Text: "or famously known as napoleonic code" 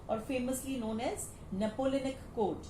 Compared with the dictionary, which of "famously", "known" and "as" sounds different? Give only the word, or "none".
none